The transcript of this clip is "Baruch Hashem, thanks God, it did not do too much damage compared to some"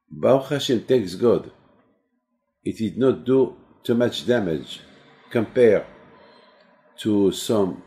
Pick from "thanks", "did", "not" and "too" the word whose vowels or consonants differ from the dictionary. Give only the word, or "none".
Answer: thanks